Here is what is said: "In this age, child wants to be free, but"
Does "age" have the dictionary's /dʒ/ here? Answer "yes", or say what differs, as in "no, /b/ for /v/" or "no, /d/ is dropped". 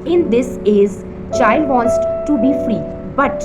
no, /z/ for /dʒ/